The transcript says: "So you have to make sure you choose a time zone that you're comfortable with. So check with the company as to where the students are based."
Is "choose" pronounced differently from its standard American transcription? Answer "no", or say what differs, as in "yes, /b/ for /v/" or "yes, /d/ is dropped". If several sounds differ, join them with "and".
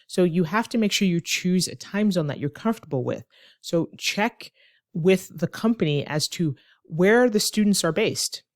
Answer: no